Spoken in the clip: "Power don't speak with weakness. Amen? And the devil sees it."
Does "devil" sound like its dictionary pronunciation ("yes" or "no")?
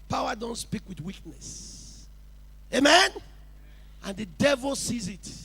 yes